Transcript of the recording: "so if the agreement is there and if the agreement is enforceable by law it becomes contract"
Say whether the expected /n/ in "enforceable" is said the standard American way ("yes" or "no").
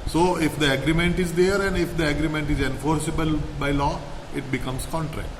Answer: yes